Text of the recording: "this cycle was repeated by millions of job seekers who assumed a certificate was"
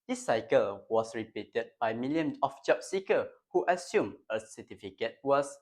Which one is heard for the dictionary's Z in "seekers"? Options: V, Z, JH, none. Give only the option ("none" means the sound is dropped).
none